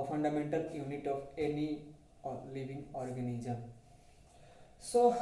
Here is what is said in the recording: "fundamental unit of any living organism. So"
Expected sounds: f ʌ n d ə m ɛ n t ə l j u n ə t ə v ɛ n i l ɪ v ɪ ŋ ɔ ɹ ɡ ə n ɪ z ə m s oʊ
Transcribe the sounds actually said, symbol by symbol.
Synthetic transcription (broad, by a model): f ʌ n d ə m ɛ n t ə l j u n ə t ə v ɛ n i l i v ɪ ŋ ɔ ɹ ɡ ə n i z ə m s oʊ